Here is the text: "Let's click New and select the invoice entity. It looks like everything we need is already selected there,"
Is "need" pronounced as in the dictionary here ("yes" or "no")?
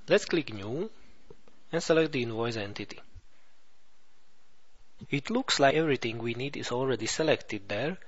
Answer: yes